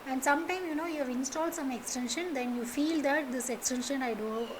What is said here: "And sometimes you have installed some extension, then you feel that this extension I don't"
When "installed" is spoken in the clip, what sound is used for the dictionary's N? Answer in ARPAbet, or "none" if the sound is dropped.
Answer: N